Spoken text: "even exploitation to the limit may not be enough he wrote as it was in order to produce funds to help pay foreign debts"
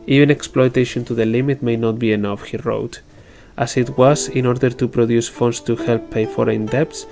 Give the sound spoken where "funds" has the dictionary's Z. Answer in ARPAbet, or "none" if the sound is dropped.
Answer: S